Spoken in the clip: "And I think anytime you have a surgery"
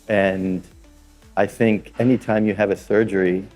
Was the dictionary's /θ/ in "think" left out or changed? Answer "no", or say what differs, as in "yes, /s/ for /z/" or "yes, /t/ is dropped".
no